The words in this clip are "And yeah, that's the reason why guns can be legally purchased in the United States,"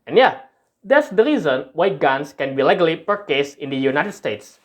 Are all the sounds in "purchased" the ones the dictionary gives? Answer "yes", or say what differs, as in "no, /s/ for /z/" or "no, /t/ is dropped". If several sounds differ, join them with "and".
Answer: no, /t/ is dropped